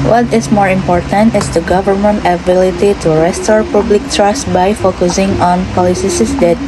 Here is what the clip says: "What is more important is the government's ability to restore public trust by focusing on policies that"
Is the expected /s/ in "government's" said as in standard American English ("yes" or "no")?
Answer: no